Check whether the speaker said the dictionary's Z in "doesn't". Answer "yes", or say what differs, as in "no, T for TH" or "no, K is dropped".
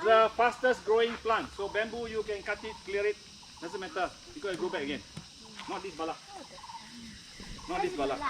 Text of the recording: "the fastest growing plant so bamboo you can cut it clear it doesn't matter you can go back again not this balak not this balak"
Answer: no, S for Z